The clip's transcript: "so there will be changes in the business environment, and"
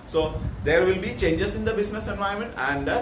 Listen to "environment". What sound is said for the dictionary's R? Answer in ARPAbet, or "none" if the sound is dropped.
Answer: none